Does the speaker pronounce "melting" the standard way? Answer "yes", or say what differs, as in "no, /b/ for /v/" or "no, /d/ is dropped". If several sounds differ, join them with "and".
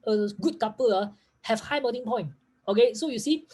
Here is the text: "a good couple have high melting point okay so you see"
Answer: no, /l/ is dropped